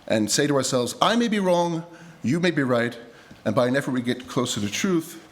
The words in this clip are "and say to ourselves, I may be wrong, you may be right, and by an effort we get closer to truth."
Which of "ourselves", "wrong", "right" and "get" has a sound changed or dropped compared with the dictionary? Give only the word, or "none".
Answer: none